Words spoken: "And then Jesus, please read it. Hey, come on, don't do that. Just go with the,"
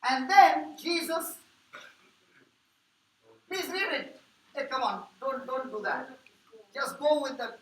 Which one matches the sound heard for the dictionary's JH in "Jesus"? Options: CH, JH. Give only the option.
JH